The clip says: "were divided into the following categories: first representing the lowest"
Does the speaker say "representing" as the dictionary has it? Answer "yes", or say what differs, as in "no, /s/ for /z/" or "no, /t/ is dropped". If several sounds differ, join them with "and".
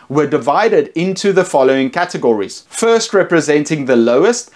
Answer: yes